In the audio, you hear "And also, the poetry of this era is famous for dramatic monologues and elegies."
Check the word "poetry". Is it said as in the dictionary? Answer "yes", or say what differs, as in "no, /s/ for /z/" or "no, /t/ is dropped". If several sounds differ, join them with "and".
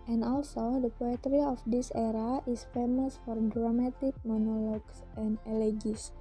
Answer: yes